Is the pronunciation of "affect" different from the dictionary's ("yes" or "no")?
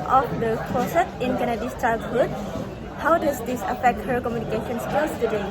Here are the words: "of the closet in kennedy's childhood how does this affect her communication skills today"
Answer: no